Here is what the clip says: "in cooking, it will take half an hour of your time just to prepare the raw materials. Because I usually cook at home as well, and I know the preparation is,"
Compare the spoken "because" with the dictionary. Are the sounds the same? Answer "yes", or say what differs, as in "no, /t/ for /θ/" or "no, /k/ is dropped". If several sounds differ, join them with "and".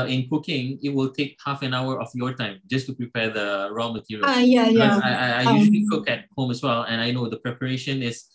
no, /z/ is dropped